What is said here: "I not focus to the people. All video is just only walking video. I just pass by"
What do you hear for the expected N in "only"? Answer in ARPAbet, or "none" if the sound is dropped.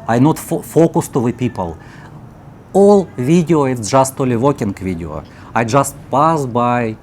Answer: none